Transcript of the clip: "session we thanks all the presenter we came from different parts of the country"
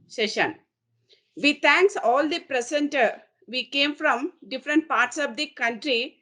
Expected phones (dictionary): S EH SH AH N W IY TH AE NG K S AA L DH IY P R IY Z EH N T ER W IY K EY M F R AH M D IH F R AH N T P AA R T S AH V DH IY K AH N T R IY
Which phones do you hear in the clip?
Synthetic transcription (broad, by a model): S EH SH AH N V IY T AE NG K S AA L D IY P R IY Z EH N T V IY K EY M F R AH M D IH F R AH N T P AA R T S AH V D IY K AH N T R IY